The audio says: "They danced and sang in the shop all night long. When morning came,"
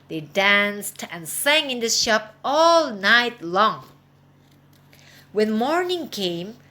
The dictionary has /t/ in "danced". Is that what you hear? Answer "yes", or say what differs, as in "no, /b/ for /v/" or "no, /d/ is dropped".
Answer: yes